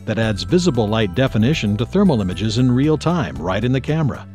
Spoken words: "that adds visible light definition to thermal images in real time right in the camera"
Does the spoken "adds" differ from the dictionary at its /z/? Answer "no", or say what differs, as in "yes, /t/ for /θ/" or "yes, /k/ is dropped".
no